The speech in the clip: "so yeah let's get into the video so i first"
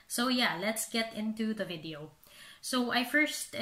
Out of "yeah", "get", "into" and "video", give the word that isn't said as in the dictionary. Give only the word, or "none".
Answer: none